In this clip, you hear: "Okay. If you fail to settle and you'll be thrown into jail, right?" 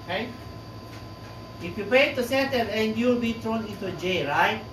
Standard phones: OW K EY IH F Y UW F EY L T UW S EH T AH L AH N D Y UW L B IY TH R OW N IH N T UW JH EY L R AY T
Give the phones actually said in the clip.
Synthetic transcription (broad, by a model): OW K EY IH F Y UW P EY T UW S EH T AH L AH N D Y UW L B IY T R OW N IH N T UW JH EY R AY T